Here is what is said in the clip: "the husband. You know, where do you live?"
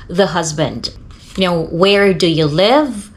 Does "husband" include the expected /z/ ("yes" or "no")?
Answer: yes